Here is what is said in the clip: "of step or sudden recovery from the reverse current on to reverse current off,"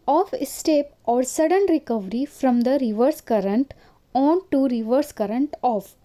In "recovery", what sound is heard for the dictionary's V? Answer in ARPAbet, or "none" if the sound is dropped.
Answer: V